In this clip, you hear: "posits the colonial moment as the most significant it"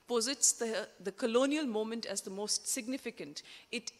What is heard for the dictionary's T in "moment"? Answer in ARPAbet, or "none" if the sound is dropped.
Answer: T